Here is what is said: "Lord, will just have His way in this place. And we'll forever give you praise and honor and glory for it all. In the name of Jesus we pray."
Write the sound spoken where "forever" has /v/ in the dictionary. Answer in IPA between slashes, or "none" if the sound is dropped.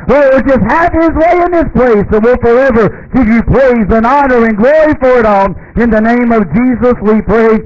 /v/